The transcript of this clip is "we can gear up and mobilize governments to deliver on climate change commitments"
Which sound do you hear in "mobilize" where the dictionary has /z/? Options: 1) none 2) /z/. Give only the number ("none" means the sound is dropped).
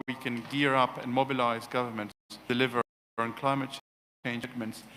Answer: 2